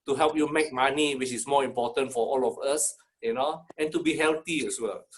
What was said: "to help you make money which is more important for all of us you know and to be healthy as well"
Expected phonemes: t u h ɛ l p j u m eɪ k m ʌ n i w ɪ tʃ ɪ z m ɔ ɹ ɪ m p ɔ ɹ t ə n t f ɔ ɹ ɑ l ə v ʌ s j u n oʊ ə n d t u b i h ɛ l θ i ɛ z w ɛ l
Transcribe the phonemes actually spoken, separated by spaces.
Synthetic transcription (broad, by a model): t u h ɛ l p j u m eɪ k m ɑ n i w ɪ tʃ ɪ s m ɔ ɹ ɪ m p ɔ t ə n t f ɔ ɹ ɑ l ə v ʌ s j u n oʊ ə n t u b i h ɛ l t i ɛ s w ɛ l